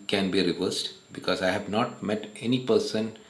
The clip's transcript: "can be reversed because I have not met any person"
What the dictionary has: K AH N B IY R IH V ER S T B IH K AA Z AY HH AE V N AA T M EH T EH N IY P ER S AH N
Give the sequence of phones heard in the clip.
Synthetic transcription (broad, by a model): K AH N B IY R IH V ER S T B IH K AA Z AY HH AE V N AA T M EH T EH N IY P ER S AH N